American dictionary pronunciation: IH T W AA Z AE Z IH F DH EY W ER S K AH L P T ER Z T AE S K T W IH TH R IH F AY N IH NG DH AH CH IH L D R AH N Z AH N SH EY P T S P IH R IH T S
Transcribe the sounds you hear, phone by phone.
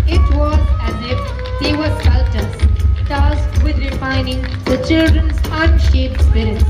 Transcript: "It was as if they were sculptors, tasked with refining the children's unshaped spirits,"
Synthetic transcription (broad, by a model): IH T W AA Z AE Z IH F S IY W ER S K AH L T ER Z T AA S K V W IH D R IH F AY N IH NG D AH CH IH L D R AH N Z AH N SH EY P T S P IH R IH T S